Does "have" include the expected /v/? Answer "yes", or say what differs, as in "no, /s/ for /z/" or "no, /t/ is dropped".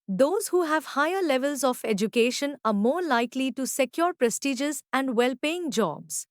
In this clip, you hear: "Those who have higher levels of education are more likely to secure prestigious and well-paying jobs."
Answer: yes